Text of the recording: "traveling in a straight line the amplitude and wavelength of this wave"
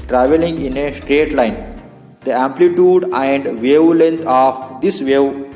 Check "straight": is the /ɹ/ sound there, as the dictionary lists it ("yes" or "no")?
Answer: yes